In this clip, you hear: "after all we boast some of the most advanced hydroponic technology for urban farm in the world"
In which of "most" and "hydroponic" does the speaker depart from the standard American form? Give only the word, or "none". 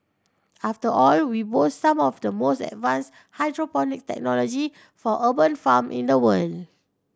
none